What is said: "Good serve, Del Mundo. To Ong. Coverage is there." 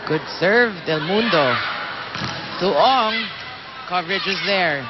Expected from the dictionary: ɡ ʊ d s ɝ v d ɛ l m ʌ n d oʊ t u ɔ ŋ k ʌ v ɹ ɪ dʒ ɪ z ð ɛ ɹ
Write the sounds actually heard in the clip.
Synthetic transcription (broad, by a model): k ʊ d s ɝ v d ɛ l m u n d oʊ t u ɔ ŋ k ʌ v ɹ ɪ dʒ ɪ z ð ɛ ɹ